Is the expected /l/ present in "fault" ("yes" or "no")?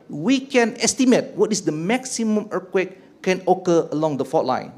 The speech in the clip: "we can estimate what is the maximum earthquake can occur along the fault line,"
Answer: no